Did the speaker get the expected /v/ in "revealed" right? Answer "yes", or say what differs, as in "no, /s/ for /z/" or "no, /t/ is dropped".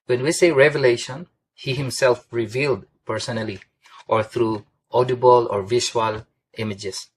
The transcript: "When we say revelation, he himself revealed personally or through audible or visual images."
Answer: yes